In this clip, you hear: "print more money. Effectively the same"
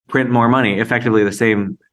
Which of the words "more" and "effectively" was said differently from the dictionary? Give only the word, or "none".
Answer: none